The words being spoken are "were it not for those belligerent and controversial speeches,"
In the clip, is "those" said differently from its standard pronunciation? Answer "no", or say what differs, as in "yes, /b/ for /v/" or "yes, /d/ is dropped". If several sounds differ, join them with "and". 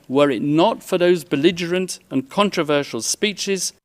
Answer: no